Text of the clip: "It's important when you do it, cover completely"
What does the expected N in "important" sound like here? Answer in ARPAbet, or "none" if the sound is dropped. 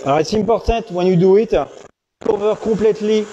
none